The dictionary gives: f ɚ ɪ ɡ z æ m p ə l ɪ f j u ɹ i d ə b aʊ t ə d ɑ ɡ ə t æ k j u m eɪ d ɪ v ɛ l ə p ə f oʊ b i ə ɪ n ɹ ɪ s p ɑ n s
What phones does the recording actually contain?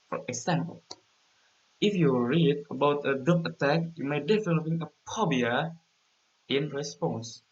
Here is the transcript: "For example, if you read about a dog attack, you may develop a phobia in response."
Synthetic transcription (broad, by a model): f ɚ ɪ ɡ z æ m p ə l ɪ f j u ɹ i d ə b aʊ t ə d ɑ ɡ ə t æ k j u m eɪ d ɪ f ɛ n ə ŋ ə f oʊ b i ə ɪ n ɹ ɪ s p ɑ n s